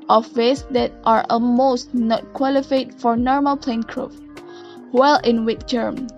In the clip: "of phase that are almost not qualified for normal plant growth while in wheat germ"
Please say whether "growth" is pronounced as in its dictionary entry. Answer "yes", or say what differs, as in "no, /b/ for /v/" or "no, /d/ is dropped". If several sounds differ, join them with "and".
no, /f/ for /θ/